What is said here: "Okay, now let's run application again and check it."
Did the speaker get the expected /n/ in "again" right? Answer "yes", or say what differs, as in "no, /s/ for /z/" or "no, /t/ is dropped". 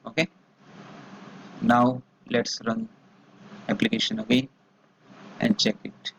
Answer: no, /n/ is dropped